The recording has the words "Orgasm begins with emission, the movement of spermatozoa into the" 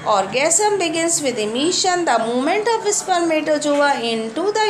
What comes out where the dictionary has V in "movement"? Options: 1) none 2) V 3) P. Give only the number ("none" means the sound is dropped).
1